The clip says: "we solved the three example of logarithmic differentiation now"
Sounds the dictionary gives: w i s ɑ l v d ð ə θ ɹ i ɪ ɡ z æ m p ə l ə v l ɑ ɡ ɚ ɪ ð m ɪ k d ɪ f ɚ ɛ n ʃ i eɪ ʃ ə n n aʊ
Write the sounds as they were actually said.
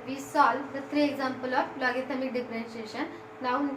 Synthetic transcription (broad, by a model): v i s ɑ l d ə t ɹ i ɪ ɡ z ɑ m p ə l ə f l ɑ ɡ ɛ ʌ m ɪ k d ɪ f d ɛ n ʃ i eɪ ʃ ə n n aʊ